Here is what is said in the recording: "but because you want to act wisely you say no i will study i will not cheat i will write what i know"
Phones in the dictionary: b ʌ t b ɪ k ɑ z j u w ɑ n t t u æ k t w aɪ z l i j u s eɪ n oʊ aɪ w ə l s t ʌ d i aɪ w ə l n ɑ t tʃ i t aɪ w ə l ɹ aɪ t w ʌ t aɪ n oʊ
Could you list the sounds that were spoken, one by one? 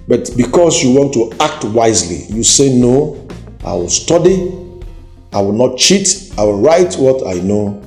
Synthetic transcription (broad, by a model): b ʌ t b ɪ k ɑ s j u w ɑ n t t u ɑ k t w aɪ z l i j u s eɪ n oʊ aɪ w ə l s t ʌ d i aɪ w ə l n ɑ t tʃ i t aɪ w ə l ɹ aɪ t w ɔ t aɪ n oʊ